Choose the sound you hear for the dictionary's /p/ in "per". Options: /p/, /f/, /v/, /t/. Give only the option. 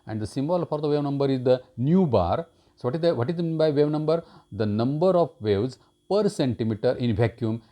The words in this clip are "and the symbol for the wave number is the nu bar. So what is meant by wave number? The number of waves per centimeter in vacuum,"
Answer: /p/